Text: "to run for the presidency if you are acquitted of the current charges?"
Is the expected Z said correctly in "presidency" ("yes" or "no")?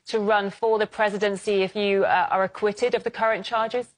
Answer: yes